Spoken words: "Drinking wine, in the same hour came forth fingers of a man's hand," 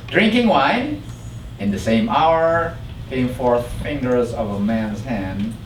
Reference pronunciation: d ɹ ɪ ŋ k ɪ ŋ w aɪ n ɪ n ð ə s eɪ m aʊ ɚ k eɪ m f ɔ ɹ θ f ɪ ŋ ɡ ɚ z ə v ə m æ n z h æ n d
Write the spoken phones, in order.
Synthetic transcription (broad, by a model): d ɹ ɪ ŋ k ɪ ŋ w aɪ n ɪ n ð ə s eɪ m aʊ ɚ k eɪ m f ɔ ɹ θ f ɪ ŋ ɡ ɚ z ə v ə m æ n z h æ n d